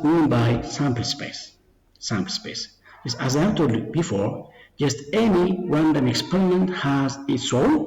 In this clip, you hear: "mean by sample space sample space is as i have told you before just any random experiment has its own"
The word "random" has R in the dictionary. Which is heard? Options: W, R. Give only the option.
W